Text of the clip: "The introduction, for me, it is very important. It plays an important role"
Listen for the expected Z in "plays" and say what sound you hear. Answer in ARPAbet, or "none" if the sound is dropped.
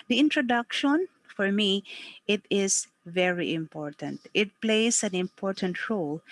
S